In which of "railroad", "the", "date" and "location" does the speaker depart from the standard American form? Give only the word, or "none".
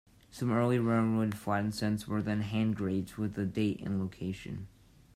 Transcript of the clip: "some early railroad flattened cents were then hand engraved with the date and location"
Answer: railroad